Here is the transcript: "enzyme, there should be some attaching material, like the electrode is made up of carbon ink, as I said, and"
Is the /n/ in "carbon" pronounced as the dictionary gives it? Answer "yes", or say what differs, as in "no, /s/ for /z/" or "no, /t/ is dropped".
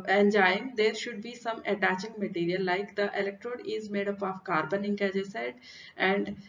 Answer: yes